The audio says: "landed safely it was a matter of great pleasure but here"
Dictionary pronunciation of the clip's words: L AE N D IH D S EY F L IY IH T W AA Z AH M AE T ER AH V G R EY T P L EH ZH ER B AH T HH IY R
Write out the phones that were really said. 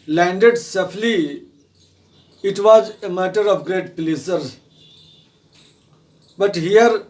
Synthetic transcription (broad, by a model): L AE N D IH D S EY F L IY IH T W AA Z AH M AE T ER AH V G R EY T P L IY S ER B AH T HH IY R